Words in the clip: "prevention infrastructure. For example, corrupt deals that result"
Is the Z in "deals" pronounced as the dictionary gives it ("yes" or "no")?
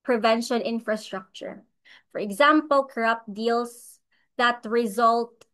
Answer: no